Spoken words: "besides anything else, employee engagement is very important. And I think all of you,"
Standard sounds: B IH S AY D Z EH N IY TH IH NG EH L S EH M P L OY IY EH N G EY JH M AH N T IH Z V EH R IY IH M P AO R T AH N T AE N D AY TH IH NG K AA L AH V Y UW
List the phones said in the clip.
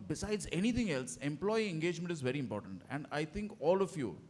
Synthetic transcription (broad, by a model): B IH S AY D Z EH N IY T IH NG EH L S EH M P L OY IY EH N G EY JH M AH N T IH Z V EH R IY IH M P AO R T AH N T AE N D AY T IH NG K AA L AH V Y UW